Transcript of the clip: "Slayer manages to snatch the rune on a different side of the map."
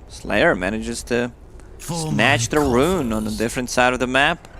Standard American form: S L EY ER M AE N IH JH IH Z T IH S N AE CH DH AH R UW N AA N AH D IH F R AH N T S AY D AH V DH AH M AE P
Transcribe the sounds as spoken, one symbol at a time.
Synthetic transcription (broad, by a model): S L EY ER M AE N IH JH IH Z T IH S N AE CH DH AH R UW N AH N AH D IH F R AH N T S AY D AH V DH AH M AE P